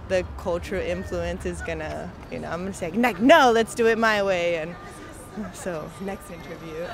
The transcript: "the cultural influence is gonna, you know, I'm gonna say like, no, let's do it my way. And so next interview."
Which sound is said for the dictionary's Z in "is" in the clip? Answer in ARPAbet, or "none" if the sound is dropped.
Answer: Z